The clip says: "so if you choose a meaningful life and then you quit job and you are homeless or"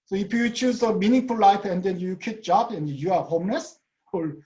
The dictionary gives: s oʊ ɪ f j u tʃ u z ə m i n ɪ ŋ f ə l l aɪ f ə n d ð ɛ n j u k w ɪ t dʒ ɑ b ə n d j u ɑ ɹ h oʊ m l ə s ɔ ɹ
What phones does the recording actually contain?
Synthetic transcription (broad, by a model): s oʊ ɪ f j u tʃ u z ə m i n ɪ ŋ f ə l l aɪ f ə n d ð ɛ n j u k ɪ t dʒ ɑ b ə n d j u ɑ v h oʊ m n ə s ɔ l